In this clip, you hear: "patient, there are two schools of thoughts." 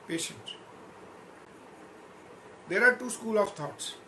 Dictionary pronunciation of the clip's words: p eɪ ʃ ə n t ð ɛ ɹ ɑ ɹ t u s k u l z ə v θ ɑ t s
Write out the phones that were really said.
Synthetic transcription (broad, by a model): p eɪ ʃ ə n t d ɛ ɹ ɑ ɹ t u s k u l ə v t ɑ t s